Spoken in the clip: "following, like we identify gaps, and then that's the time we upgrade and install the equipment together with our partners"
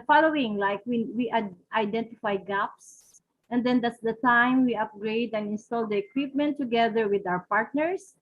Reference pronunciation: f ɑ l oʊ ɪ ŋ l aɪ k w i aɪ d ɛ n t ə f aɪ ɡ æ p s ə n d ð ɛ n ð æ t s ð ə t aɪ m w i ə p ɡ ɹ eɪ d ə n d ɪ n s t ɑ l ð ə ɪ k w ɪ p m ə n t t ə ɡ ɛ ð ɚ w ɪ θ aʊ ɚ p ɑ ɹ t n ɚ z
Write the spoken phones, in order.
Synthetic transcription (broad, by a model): f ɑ l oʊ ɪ ŋ l aɪ k w i aɪ d ɛ n t ə f aɪ ɡ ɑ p s ə n d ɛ n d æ t s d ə t aɪ m w i ə p ɡ ɹ eɪ d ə n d ɪ n s t ɑ l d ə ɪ k w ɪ p m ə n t t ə ɡ ɛ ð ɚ w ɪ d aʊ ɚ p ɑ ɹ t n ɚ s